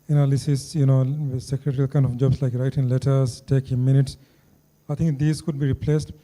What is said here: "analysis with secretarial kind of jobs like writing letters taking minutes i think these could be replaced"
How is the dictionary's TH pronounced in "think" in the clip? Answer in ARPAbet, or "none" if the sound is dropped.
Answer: T